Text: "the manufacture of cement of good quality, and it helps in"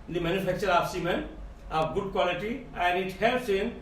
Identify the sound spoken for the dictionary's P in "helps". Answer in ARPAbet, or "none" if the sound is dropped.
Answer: none